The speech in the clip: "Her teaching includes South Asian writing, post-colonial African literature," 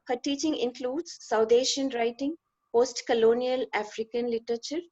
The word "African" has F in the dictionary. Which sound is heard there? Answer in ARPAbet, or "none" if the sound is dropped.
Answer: F